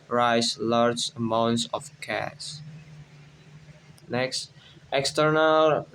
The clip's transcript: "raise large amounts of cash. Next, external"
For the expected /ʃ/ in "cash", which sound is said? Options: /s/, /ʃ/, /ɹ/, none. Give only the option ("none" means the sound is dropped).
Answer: /s/